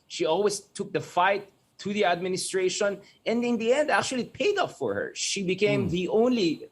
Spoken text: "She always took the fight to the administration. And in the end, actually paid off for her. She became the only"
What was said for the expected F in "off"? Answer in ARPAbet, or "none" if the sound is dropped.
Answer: P